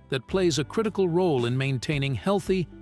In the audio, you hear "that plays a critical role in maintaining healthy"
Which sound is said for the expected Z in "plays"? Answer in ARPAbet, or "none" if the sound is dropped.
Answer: Z